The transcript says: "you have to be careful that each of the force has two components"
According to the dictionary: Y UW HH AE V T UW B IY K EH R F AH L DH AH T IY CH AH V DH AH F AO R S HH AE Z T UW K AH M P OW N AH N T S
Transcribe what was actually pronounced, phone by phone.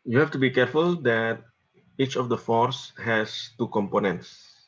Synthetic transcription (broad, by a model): Y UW HH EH F T UW B IY K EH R F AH L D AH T IY CH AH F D AH F AO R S HH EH S T UW K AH M P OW N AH N T S